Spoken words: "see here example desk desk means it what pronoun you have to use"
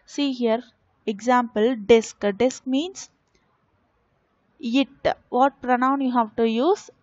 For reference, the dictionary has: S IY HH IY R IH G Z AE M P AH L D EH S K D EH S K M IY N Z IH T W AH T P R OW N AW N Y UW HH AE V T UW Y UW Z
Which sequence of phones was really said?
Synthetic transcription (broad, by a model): S IY HH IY R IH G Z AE M P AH L D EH S K D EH S K M IY N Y IH T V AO T P R OW N AW N Y UW HH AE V T UW Y UW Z